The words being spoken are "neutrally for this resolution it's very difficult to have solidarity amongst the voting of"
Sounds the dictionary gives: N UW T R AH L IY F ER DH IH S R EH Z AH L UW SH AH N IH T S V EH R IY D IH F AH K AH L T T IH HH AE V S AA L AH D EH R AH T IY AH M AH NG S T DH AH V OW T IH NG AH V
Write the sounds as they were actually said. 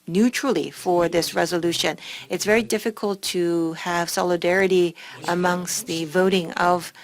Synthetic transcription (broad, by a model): N UW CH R L IY F ER DH IH S R EH Z AH L UW SH AH N IH T S V EH R IY D IH F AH K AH L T T IH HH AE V S AA L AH D EH R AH T IY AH M AH NG S T DH AH V OW T IH NG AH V